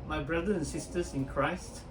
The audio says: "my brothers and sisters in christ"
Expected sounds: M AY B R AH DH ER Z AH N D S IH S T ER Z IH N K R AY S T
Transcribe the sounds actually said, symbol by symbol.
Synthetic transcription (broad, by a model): M AY B R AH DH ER AH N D S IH S T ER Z IH N K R AY S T